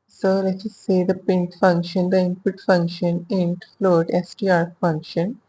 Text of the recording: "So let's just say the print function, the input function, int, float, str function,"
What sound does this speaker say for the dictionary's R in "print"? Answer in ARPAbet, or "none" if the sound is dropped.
none